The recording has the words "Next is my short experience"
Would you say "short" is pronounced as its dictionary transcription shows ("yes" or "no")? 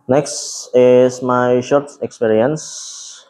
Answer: yes